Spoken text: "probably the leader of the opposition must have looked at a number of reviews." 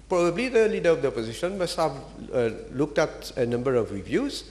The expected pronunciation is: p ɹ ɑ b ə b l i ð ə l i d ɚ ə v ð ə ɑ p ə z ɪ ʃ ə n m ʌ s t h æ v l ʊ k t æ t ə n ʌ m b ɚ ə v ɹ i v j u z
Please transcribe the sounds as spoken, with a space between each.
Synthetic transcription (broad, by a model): p ɹ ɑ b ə b l i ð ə l i d ɚ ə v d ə ɑ p ə z ɪ ʃ ə n m ʌ s t h æ v l ʊ k t æ t ə n ʌ m b ɚ ə v ɹ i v j u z